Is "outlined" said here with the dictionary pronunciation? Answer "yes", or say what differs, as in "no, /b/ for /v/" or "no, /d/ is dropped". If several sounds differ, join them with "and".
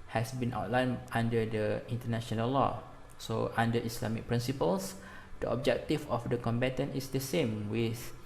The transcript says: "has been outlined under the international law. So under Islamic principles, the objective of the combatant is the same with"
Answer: no, /d/ is dropped